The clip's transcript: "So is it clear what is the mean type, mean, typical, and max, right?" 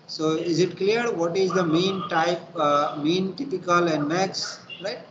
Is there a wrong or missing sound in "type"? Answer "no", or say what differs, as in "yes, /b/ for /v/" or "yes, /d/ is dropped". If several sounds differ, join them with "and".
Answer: no